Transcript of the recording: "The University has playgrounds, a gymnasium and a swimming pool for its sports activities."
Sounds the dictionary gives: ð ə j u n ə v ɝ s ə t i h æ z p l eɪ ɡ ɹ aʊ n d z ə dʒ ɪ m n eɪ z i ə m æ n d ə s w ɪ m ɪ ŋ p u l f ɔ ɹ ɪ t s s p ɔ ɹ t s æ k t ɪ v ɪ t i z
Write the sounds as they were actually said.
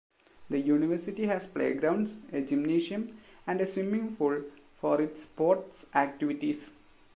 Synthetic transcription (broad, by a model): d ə j u n ə v ɝ s ə t i h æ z p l eɪ ɡ ɹ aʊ n d s ə dʒ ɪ m n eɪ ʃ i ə m æ n d ə s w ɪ m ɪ ŋ f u l f ɔ ɹ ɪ t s s p ɔ ɹ t s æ k t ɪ v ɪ t i s